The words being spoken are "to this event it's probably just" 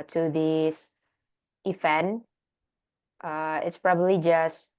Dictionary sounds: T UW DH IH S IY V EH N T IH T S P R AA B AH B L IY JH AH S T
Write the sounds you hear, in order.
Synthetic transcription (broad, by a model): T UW DH IH S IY F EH N T IH T S P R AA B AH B L IY JH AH S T